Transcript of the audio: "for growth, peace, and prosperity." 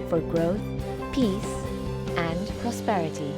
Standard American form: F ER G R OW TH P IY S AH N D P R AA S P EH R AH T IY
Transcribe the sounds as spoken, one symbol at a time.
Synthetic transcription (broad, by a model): F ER G R OW TH P IY S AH N P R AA S P EH R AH T IY